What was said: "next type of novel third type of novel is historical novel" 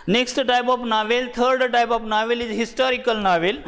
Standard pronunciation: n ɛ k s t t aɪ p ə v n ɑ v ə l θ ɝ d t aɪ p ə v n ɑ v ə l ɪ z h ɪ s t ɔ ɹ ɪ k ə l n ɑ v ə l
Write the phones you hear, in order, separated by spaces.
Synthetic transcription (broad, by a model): n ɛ k s t t aɪ p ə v n ɑ v ə l t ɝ d t aɪ p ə f n ɑ v ə l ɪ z h ɪ s t ɔ ɹ ɪ k ə l n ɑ v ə l